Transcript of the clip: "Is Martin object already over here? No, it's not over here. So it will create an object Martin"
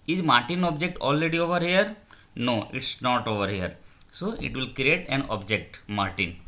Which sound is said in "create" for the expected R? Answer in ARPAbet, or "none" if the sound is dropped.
R